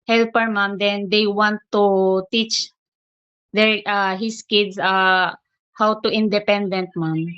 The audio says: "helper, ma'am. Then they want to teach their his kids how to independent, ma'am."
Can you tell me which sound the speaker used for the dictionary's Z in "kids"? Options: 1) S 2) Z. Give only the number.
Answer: 1